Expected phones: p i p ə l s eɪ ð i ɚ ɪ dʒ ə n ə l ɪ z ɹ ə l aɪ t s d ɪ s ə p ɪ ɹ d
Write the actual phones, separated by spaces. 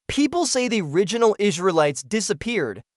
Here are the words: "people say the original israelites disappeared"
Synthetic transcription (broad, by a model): p i p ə l s eɪ ð i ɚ ɪ dʒ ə n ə l ɪ z ɹ ə l aɪ t s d ɪ s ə p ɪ ɹ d